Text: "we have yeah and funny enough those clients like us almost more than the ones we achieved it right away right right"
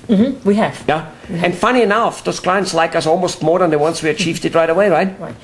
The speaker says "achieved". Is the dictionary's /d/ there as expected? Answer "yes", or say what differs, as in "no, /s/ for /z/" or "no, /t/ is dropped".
yes